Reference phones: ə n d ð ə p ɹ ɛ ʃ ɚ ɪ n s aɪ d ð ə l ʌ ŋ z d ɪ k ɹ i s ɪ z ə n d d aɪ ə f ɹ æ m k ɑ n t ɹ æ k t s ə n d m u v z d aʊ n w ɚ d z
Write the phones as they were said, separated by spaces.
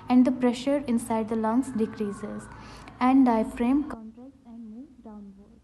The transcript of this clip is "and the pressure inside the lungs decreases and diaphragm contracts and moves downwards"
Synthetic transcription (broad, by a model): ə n d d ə p ɹ ɛ ʃ ɚ ɪ n s aɪ d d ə l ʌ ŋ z d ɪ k ɹ i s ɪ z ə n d d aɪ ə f ɹ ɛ m k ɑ n t ɹ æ k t ə n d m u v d aʊ n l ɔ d